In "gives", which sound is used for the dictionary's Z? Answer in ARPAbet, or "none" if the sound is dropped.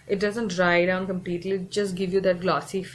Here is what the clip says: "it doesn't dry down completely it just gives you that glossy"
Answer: none